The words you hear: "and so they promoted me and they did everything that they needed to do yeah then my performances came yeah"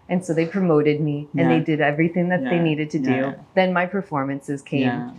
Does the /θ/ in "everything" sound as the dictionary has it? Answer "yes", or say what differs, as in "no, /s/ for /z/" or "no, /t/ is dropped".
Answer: yes